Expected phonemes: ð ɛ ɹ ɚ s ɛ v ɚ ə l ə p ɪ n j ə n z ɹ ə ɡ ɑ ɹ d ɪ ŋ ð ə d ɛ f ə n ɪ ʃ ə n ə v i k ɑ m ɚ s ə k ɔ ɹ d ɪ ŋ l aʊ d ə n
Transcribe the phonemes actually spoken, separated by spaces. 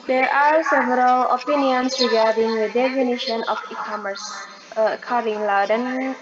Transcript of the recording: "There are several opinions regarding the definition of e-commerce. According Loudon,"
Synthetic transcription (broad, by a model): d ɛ ɹ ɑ s ɛ v ɚ ə l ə p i n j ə n s ɹ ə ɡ ɑ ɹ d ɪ ŋ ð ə d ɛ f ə n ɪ ʃ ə n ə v i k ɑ m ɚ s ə k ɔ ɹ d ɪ ŋ l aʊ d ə n